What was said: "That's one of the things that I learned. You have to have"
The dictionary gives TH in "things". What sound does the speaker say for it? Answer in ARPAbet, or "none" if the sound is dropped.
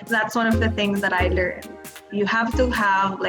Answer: TH